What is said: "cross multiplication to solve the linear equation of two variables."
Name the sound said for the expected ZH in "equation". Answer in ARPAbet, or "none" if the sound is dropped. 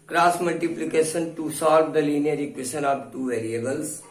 S